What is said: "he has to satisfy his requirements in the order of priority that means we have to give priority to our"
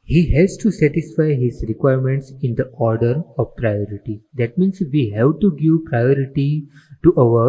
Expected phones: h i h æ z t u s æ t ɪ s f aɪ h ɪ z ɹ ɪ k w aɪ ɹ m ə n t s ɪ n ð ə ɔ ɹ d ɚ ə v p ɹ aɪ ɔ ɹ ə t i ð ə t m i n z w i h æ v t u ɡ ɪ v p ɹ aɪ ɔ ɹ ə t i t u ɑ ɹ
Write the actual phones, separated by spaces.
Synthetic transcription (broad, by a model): h i h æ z t u s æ t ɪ s f aɪ h ɪ z ɹ ɪ k w aɪ ɹ m ə n t s ɪ n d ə ɔ ɹ d ɚ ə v p ɹ aɪ ɔ ɹ ə t i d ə t m i n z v i h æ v t u ɡ ɪ v p ɹ aɪ ɔ ɹ ə t i t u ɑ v